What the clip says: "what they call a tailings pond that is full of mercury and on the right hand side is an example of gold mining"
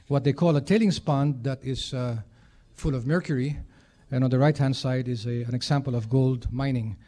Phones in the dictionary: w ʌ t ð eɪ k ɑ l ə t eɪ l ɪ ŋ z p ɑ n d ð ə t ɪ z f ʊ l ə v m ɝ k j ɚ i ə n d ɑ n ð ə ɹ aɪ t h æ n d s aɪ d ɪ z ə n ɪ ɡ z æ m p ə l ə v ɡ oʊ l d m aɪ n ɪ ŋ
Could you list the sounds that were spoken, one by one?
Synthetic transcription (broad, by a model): w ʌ t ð eɪ k ɑ l ə t eɪ l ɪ ŋ s p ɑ n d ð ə t ɪ z f ʊ l ə v m ɝ k j ɚ i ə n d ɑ n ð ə ɹ aɪ t h æ n d s aɪ d ɪ z ə n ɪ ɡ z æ m p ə l ə v ɡ oʊ l d m aɪ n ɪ ŋ